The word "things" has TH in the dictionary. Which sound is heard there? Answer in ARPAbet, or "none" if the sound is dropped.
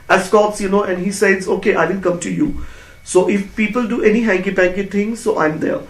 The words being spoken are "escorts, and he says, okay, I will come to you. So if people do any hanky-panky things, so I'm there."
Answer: T